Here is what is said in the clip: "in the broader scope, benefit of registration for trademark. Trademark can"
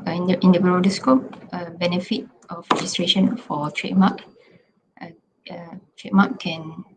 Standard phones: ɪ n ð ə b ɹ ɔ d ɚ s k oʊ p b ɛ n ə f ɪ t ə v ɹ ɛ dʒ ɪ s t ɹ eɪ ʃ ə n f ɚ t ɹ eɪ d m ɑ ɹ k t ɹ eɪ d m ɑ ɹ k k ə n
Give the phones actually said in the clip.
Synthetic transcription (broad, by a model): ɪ n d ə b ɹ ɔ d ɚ s k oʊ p b ɛ n ə f ɪ t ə f ɹ ɛ dʒ ɪ s t ɹ eɪ ʃ ə n f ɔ t ɹ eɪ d m ɑ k t ɹ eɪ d m ɑ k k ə n